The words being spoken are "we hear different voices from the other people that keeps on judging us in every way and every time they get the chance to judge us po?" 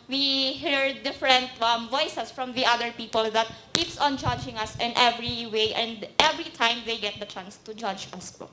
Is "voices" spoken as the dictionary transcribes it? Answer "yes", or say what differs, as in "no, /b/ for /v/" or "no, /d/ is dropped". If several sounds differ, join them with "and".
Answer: no, /s/ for /z/